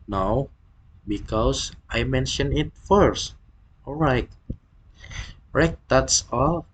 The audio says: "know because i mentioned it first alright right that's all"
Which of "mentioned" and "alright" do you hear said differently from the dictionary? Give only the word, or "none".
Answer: mentioned